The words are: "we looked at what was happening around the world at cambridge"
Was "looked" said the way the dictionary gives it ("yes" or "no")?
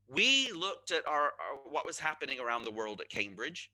yes